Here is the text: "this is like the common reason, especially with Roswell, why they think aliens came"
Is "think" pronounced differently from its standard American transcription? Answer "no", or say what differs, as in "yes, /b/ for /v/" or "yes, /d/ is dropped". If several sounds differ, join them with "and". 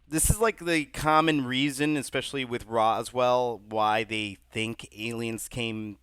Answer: no